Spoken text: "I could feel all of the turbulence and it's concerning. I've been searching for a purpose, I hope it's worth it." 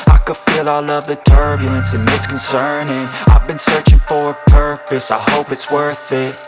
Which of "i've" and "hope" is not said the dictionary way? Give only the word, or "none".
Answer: none